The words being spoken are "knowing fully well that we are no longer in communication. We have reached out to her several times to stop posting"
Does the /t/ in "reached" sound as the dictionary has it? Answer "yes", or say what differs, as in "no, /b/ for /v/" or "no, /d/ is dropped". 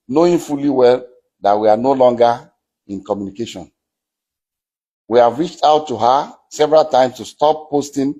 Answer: yes